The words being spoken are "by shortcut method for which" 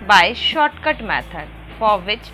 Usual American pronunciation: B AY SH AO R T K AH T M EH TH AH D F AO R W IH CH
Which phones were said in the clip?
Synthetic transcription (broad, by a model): B AY SH AO R T K AH T M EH T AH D F AO R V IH CH